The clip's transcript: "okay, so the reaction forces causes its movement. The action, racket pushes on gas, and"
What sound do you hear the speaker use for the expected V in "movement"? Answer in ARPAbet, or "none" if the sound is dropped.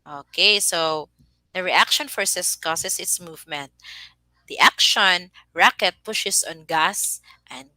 V